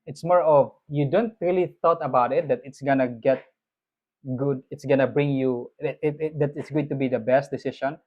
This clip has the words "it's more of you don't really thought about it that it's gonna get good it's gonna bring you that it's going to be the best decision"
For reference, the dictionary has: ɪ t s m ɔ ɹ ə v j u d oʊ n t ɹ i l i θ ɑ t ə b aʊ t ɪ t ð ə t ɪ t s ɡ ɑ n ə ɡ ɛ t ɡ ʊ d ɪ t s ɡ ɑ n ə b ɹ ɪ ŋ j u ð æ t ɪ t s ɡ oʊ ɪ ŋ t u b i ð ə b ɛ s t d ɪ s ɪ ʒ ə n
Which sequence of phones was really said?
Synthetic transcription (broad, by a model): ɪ t s m ɔ ɹ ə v j u d oʊ n t ɹ i l i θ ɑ t ə b aʊ t ɪ t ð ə t ɪ t s ɡ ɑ n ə ɡ ɛ t ɡ ʊ d ɪ t s ɡ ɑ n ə b ɹ ɪ ŋ j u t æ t ɪ t s ɡ oʊ ɪ ŋ t u b i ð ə b ɛ s t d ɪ s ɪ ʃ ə n